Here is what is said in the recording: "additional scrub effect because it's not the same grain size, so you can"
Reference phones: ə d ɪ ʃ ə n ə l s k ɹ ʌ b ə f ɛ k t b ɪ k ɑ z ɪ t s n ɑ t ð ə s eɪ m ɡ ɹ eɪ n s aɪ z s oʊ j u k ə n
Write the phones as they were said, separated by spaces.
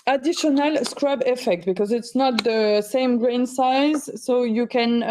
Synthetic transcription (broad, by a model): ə d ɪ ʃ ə n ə l s k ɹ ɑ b ə f ɛ k t b ɪ k ɑ z ɪ t s n ɑ t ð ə s eɪ m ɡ ɹ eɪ n s aɪ z s oʊ j u k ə n